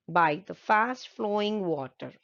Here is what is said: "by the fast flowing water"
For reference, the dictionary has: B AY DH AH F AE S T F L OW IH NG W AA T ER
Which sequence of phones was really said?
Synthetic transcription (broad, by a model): B AY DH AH F AE S T F L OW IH NG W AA T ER